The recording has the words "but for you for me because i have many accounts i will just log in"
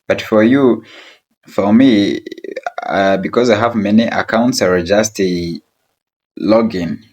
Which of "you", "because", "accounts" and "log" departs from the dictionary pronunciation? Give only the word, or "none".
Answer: none